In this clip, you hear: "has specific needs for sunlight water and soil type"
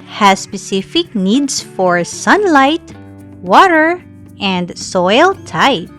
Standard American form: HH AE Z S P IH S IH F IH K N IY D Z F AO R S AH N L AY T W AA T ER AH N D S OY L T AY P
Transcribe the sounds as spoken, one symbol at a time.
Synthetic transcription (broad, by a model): HH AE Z S P IH S IH F IH K N IY D S F AO R S AH N L AY T W AA T ER AH N D S OY L T AY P